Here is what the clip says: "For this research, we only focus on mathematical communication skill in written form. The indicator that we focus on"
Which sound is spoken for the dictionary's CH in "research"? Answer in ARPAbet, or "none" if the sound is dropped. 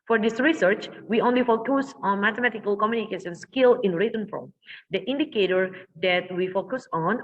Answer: CH